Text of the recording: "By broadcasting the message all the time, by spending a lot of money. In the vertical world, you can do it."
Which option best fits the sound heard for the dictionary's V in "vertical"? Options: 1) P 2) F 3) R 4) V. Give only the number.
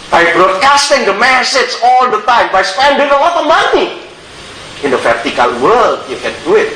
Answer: 2